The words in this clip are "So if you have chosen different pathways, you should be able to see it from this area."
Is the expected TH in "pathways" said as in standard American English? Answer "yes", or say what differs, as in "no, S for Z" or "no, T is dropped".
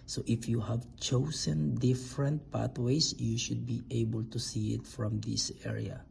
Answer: no, T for TH